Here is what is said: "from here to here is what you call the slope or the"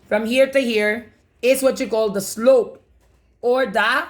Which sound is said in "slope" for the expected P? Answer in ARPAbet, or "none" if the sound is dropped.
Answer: P